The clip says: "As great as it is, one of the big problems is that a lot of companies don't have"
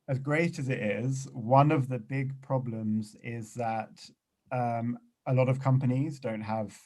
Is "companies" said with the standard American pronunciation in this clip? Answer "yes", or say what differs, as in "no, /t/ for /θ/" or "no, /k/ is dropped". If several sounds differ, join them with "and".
yes